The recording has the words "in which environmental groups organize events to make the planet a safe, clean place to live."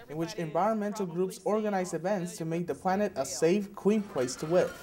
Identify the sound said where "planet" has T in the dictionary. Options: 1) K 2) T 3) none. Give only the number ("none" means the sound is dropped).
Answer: 2